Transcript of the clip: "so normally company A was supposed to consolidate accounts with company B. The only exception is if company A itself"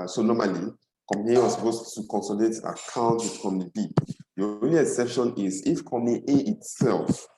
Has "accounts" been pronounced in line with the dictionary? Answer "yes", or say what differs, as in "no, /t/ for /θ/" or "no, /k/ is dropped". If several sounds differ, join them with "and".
no, /s/ is dropped